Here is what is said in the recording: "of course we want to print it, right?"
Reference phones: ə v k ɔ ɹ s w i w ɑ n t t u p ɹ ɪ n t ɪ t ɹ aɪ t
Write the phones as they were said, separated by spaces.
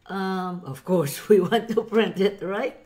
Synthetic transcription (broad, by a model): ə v k ɔ ɹ s w i w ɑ n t t u p ɹ ɪ n t ɪ t ɹ aɪ t